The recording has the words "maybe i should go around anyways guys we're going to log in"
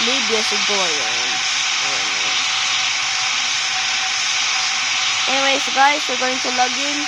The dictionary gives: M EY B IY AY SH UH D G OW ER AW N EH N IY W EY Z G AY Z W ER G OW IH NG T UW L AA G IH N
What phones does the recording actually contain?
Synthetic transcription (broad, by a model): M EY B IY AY S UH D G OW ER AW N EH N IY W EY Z G AY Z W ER G OW IH NG T UW L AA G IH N